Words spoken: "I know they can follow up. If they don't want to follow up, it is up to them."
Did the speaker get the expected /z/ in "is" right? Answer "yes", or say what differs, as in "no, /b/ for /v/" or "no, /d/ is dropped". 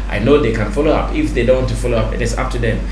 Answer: no, /s/ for /z/